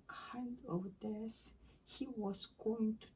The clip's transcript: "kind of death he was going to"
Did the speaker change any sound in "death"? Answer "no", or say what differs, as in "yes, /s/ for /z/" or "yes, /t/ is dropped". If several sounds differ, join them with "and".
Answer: yes, /s/ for /θ/